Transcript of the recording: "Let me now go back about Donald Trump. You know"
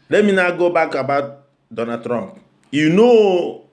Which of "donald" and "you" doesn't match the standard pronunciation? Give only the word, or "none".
donald